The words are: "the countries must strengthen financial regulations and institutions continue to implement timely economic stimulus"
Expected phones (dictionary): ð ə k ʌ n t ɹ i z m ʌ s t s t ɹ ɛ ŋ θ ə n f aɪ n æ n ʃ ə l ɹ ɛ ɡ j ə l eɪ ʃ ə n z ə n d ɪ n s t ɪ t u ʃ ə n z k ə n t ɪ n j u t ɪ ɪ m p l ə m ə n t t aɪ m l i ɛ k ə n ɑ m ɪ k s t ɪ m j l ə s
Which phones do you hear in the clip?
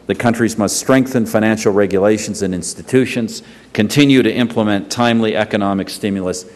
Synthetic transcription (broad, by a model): ð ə k ʌ n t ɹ i z m ʌ s t s t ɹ ɛ ŋ θ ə n f aɪ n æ n ʃ l ɹ ɛ ɡ j ə l eɪ ʃ ə n z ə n ɪ n s t ɪ t u ʃ ə n z k ə n t ɪ n j u t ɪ ɪ m p l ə m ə n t t aɪ m l i ɛ k ə n ɑ m ɪ k s t ɪ m j l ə s